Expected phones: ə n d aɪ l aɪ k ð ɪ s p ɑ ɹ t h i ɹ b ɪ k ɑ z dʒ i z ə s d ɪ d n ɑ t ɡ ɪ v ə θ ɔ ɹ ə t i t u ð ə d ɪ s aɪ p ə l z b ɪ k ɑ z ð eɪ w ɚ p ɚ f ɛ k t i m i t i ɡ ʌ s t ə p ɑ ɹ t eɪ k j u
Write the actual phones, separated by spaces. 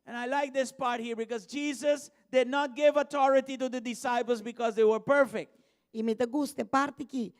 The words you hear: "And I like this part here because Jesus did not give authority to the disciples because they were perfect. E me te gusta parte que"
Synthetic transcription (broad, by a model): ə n aɪ l aɪ k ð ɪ s p ɑ ɹ t h i ɹ b ɪ k ɑ z dʒ i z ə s d ɪ d n ɑ t ɡ ɪ v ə t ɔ ɹ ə t i t u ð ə d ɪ s aɪ p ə l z b ɪ k ɑ z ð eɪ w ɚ p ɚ f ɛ k t i m i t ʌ ɡ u s t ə p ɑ ɹ t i k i